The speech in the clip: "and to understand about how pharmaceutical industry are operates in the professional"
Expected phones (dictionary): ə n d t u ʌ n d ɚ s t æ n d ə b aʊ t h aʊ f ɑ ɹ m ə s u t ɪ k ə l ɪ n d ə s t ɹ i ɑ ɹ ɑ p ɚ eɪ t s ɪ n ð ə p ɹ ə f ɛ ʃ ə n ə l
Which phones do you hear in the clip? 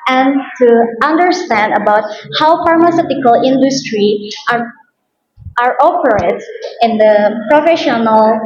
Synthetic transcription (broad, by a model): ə n t u ʌ n d ɚ s t æ n d ə b aʊ t h aʊ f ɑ ɹ m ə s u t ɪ k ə l ɪ n d ə s t ɹ i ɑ ɹ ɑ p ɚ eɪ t ɪ n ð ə p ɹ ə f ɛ ʃ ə n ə l